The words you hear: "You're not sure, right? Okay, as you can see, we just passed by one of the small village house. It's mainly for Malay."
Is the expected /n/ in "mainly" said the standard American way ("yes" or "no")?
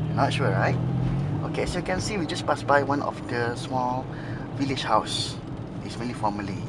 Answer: no